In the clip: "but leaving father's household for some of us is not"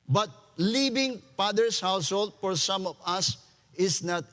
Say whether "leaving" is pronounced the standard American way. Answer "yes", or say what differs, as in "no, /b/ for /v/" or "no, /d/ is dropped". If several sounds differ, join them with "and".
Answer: no, /b/ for /v/